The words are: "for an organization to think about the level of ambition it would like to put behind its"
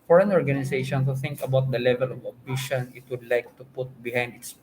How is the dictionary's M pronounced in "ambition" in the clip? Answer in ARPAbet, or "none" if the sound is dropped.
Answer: none